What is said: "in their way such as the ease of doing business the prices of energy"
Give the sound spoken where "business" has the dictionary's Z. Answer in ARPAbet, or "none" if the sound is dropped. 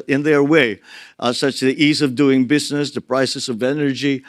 Z